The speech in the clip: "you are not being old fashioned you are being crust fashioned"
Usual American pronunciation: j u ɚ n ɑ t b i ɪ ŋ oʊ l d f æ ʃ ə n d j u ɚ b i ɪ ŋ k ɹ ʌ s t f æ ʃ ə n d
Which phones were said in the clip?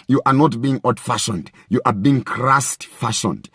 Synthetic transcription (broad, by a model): j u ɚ n ɑ t b i ɪ ŋ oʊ d f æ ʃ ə n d j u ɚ b i ɪ ŋ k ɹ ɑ s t f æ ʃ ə n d